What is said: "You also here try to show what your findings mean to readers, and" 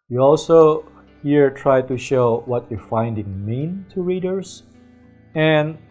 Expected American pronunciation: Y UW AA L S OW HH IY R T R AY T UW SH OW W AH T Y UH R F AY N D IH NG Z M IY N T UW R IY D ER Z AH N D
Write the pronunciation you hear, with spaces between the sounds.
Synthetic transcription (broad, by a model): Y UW AA L S OW HH IY R T R AY T UW SH OW W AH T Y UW F AY N D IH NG M IY N T UW R IY D ER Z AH N